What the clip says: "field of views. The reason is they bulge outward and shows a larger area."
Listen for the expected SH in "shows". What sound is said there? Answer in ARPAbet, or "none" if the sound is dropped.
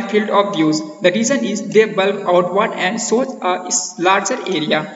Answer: S